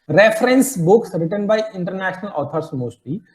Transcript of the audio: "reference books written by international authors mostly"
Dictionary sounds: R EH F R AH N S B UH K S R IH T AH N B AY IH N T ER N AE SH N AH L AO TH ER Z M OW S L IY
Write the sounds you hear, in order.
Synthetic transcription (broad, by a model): R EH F R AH N S B UH K S R IH T AH N B AY IH N T ER N AE SH N AH L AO T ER S M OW S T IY